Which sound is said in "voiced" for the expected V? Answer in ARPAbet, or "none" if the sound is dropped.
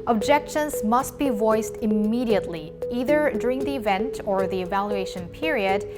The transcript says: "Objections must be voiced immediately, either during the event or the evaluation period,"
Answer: V